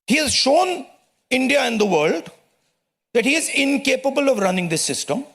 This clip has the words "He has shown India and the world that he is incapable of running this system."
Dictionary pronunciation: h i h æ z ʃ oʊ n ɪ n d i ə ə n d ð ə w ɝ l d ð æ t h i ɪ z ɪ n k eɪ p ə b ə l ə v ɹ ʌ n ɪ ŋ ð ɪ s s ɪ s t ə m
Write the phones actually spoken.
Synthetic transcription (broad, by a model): h i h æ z ʃ oʊ n ɪ n d i ə ə n d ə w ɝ l d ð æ t h i ɪ z ɪ n k eɪ p ə b ə l ə v ɹ ʌ n ɪ ŋ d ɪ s s ɪ s t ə m